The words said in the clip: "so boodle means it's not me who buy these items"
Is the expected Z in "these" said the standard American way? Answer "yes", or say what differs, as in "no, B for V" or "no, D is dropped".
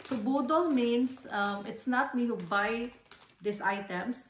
no, S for Z